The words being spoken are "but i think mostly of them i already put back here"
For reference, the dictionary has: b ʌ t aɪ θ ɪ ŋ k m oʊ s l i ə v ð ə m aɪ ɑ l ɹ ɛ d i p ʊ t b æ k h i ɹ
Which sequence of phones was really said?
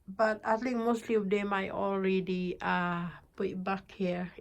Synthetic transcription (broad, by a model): b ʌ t aɪ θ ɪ ŋ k m oʊ s l i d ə m aɪ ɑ l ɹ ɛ d i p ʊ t b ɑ k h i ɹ